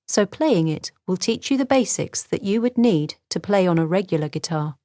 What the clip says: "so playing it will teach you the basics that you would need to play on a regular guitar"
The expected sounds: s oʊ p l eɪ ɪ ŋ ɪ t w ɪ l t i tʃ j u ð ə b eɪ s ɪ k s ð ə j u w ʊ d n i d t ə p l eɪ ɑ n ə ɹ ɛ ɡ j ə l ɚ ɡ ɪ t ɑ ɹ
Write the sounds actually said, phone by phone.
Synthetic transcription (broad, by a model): s oʊ p l eɪ ɪ ŋ ɪ t w ɪ l t i tʃ j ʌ ð ə b eɪ s ɪ k s ð ə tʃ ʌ w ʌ d n i d t ə p l eɪ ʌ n ə ɹ ɛ ɡ j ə l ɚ ɡ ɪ t ɑ